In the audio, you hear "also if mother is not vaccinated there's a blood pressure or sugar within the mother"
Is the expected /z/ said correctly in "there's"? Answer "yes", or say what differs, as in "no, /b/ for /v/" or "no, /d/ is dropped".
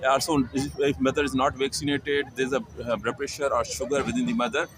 no, /z/ is dropped